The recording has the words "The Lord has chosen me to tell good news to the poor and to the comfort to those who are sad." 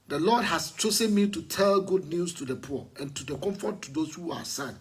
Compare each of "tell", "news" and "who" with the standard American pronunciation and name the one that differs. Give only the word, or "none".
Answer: news